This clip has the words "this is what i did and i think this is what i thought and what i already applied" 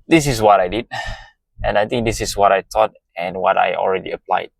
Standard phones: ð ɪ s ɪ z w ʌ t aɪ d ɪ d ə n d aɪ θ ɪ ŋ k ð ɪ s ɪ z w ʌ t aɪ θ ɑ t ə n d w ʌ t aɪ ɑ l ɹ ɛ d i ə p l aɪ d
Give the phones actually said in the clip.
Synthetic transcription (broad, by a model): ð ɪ s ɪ s w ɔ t aɪ d ɪ d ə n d aɪ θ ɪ ŋ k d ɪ s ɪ s w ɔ t aɪ t ɑ t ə n w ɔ t aɪ ɑ l ɹ ɛ d i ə p l aɪ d